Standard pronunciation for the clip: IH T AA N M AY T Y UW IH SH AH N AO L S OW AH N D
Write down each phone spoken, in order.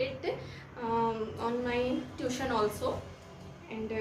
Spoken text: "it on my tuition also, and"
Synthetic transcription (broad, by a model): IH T AA N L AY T Y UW SH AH N AO L S OW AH N D